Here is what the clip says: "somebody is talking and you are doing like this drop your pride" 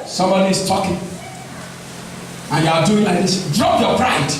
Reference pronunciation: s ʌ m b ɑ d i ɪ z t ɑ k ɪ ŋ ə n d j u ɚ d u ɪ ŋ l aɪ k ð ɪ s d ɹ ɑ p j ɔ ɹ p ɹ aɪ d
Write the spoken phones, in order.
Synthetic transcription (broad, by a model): s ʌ m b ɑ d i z t ɑ k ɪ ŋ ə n j u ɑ d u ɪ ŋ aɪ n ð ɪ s d ɹ ɑ p j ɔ p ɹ aɪ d